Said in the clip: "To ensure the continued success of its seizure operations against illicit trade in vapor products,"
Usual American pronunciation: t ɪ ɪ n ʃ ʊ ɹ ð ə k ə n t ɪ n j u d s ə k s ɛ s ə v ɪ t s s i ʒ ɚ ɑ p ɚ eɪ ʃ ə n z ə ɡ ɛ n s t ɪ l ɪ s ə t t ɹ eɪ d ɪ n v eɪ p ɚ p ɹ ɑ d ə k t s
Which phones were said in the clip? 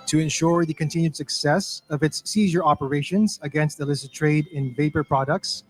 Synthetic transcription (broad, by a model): t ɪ ɪ n ʃ ʊ ɹ ð ə k ə n t ɪ n j u d s ə k s ɛ s ə v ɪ t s s i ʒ ɚ ɑ p ɚ eɪ ʃ ə n z ə ɡ ɛ n s t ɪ l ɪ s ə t t ɹ eɪ d ɪ n v eɪ p ɚ p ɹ ɑ d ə k t s